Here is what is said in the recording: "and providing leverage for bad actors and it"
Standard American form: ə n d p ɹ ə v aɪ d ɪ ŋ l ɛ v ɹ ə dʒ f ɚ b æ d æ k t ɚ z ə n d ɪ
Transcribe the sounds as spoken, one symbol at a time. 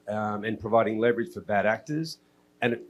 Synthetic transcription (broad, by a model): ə n p ɹ ə v aɪ d ɪ ŋ l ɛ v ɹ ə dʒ f ɚ b æ d æ k t ɚ z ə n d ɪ